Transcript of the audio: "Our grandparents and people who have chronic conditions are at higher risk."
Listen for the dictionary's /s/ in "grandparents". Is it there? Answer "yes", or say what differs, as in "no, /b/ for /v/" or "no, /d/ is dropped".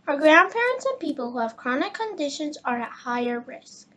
yes